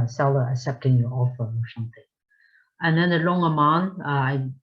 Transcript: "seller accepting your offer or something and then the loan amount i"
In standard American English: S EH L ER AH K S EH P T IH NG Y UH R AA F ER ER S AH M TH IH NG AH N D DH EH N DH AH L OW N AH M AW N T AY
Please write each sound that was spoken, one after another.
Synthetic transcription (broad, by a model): S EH L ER AH K S EH P T IH NG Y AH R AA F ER ER S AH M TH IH NG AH N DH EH N DH AH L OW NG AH M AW N AY